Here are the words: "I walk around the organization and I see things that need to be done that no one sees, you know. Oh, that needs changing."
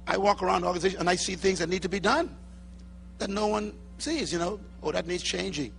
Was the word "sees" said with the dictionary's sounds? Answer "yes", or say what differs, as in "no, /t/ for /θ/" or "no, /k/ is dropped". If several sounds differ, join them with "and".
yes